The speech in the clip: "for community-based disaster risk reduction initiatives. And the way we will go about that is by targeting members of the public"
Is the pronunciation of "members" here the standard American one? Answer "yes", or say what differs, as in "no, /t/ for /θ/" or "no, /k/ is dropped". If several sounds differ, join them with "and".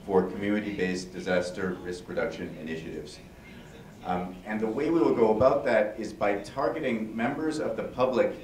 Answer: yes